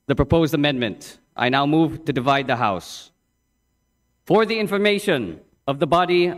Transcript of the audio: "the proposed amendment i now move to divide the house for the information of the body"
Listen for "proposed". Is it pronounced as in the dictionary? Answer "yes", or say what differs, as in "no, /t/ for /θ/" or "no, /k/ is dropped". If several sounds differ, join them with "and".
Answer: yes